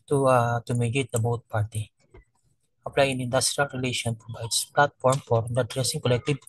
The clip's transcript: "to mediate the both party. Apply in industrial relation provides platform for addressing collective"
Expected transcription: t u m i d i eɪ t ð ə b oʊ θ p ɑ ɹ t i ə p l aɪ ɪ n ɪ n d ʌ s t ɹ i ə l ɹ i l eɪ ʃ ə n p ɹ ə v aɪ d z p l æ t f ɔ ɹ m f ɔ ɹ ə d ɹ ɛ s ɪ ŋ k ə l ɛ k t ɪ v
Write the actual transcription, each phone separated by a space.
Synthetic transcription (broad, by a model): t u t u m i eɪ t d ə b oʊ t p ɑ ɹ t i ə p l aɪ ɪ n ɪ n d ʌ s t ɹ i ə l ɹ i l eɪ ʃ ə n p ɹ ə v aɪ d s p l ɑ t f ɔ ɹ m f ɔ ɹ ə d ɹ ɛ s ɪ ŋ k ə l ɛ k t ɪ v